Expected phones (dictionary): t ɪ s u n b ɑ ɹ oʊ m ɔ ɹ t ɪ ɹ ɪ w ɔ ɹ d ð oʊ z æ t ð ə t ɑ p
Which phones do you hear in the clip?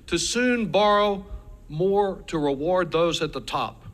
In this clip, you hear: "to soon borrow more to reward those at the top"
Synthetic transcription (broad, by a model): t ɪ s u n b ɑ ɹ oʊ m ɔ ɹ t ɪ ɹ ɪ w ɔ ɹ d ð oʊ z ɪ t ð ə t ɑ p